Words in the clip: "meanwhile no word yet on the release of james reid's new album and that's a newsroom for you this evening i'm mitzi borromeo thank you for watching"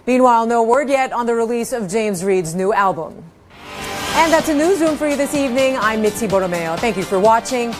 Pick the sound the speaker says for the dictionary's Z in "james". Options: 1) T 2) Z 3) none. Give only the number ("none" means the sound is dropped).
2